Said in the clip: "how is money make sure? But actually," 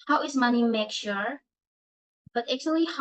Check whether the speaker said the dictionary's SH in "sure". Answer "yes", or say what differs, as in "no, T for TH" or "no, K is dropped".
yes